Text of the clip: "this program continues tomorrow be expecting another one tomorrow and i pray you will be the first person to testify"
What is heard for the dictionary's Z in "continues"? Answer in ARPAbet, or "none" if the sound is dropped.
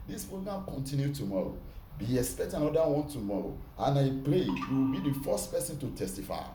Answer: none